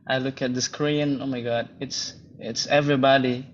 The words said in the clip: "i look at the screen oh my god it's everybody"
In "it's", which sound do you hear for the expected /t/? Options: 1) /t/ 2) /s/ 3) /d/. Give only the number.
1